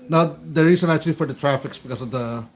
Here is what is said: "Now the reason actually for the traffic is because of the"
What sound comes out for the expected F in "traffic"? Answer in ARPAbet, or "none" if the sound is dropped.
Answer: F